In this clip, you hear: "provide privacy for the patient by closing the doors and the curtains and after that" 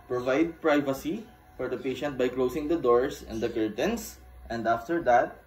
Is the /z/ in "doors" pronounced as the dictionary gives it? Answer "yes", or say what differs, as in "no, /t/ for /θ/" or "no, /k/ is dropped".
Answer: no, /s/ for /z/